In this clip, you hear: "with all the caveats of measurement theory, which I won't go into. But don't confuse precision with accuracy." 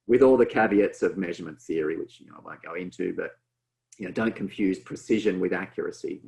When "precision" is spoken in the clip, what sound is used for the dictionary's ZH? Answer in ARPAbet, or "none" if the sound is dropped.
ZH